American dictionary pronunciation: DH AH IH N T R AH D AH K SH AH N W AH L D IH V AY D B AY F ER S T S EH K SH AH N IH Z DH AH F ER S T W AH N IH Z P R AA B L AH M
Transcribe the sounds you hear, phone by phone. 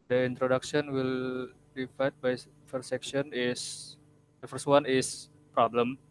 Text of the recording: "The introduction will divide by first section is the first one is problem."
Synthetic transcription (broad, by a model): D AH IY N T R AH D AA K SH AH N W AH L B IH F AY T B AY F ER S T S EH K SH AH N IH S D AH F ER S T W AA N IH S P R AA B L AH M